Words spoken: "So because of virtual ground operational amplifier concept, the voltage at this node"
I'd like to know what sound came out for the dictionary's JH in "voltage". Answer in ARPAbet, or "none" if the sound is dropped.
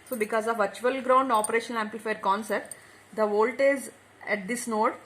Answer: Z